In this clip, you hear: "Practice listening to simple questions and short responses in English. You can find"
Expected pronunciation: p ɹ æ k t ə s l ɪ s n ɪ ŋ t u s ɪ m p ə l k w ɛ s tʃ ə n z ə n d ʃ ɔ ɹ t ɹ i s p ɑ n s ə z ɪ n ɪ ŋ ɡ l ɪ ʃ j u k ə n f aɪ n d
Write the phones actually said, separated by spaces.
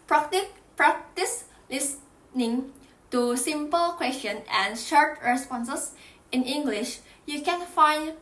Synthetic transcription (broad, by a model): p ɹ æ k t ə s l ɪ s n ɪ ŋ t u s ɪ m p ə l k w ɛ s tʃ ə n ə n ʃ ɔ ɹ t ɹ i s p ɑ n s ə s ɪ n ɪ ŋ ɡ l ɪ ʃ j u k ə n f aɪ n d